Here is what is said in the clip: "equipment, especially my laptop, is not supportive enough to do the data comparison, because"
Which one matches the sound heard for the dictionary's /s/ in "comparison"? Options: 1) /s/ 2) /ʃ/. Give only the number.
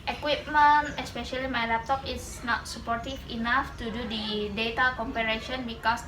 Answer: 2